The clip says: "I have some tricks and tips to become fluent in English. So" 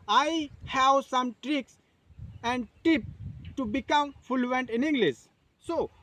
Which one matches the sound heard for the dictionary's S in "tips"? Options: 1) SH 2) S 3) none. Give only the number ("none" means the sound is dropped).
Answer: 3